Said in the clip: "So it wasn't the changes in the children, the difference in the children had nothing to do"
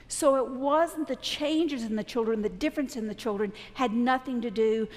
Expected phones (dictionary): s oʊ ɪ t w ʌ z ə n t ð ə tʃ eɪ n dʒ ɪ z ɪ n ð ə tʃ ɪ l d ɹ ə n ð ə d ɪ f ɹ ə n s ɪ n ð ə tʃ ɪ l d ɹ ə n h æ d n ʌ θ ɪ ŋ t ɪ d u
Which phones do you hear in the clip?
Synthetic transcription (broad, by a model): s oʊ ɪ t w ʌ z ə n ð ə tʃ eɪ n dʒ ɪ z ɪ n ð ə tʃ ɪ l d ɹ ə n ð ə d ɪ f ɹ ə n s ɪ n ð ə tʃ ɪ l d ɹ ə n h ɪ d n ʌ θ ɪ ŋ t ɪ d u